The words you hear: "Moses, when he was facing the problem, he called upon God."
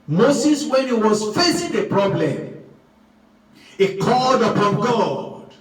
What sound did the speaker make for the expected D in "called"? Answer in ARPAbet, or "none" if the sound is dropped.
D